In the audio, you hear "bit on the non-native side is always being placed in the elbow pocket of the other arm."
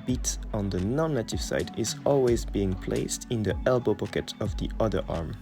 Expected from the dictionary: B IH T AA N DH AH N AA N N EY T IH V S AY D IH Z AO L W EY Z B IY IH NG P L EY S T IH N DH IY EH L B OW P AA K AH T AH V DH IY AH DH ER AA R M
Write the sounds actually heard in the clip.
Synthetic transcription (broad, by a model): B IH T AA N DH AH N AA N N EY T IH V S AY D IH Z AO L W EY Z B IY IH NG P L EY S T IH N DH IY EH L B OW P AA K AH T AH V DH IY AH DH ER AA R M